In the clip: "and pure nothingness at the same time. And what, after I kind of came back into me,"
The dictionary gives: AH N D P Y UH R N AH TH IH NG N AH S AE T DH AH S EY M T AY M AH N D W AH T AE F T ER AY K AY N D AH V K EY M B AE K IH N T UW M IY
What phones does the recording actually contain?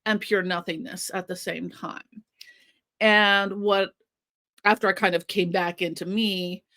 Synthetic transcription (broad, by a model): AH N P Y UH R N AH TH IH NG N AH S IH T DH AH S EY M T AY M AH N W AH T AE F T ER AY K AY N D AH V K EY M B AE K IH N T UW M IY